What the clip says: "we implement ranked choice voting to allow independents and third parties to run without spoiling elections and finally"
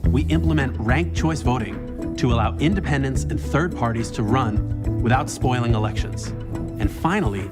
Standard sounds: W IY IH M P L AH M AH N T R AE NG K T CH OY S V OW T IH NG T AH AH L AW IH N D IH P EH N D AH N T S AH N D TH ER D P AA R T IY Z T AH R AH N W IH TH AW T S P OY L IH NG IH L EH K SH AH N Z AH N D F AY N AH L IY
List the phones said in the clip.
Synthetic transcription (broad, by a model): W IY IH M P L AH M AH N T R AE NG K CH OY S V OW T IH NG T AH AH L AW IH N D IH P EH N D AH N T S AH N TH ER D P AA R T IY Z T AH R AH N W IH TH AW T S P OY L IH NG IH L EH K SH AH N Z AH N F AY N L IY